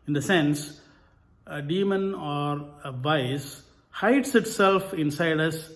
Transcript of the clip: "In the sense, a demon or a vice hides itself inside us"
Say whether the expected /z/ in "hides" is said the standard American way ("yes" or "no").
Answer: no